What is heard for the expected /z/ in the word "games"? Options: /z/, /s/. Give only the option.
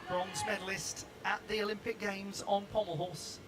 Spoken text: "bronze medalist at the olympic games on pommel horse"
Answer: /z/